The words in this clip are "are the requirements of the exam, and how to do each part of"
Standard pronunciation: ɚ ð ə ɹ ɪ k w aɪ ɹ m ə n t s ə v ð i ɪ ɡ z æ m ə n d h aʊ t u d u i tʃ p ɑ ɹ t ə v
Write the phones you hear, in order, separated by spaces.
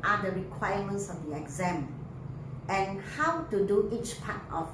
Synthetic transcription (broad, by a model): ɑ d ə ɹ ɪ k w aɪ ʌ m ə n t s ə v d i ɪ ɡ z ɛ m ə n h aʊ t u d u i tʃ p ɑ t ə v